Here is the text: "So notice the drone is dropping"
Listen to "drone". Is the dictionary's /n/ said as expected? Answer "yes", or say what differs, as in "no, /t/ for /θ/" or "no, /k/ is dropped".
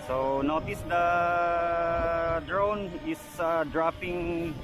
yes